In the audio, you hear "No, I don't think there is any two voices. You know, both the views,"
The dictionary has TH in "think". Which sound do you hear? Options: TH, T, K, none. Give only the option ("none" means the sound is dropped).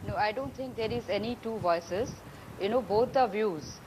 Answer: T